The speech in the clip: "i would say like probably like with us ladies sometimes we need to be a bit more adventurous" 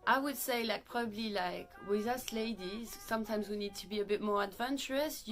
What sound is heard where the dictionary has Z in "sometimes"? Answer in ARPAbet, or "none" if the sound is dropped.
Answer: Z